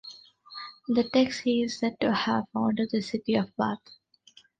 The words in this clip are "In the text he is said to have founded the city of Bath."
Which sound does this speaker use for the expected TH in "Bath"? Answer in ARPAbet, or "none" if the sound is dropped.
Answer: T